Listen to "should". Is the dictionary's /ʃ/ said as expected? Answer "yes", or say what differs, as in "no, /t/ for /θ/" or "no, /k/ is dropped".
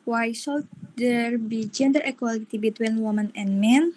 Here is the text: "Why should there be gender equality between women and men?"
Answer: no, /s/ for /ʃ/